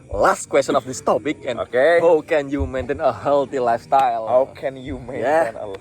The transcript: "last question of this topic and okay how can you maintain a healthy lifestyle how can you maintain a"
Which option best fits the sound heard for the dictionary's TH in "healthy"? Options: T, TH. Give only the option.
T